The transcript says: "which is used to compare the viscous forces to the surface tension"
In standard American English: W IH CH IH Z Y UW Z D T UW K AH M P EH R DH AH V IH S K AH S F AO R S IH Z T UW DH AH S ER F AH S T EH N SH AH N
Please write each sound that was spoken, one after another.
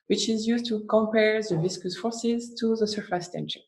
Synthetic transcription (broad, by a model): W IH CH IH Z Y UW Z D T UW K AH M P EH R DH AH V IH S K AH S F AO R S IH Z T UW DH AH S ER F AH S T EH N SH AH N